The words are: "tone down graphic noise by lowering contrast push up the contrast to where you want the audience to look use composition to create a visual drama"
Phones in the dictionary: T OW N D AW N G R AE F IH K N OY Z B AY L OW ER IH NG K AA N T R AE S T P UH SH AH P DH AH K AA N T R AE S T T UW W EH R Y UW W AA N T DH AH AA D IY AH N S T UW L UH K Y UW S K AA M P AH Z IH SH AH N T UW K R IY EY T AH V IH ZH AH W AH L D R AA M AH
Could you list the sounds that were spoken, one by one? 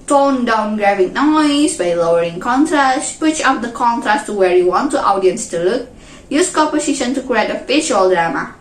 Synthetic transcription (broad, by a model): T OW N D AW N G R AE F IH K N OY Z B AY L OW ER IH NG K AA N T R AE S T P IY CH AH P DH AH K AA N T R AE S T T UW W EH R Y UW W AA N T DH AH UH D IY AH N S T UW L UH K Y UW S K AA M P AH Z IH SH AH N T UW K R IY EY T AH F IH SH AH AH L D R AA M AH